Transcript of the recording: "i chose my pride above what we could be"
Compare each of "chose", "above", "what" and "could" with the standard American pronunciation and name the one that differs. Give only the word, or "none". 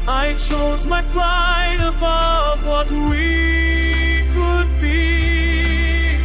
none